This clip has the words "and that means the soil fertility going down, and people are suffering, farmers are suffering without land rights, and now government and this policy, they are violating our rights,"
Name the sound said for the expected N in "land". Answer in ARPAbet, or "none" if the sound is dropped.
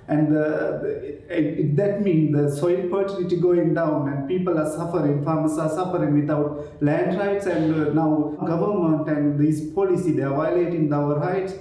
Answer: N